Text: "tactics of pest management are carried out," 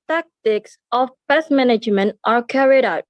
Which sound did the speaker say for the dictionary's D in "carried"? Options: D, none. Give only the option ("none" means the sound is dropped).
D